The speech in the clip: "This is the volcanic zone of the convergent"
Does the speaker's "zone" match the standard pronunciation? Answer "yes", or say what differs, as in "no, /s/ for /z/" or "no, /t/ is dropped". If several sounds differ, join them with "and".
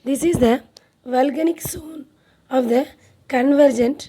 no, /s/ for /z/